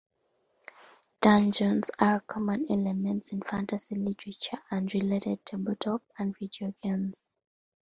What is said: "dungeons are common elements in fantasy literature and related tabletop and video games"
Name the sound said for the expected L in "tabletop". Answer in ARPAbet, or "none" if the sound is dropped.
none